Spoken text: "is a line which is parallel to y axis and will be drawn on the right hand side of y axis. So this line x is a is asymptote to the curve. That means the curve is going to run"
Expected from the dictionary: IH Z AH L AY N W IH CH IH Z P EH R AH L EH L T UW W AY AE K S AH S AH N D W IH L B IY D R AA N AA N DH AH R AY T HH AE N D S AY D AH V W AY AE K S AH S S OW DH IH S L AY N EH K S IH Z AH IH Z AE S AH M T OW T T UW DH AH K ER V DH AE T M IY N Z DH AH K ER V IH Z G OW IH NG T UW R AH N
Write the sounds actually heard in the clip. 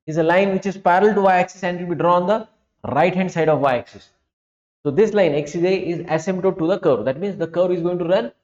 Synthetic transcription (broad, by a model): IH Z AH L AY N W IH CH IH Z P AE R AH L L T UW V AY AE K S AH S AH N D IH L B IY D R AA AA N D AH R AY T HH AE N D S AY D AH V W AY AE K S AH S S OW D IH S L AY N EH K S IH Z AH IH Z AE S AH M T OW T T UW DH AH K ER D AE T M IY N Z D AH K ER IH Z G OW IH NG T UW R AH N